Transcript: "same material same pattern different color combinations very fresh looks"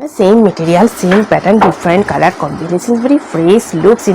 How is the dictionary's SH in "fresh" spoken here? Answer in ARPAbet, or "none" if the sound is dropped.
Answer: S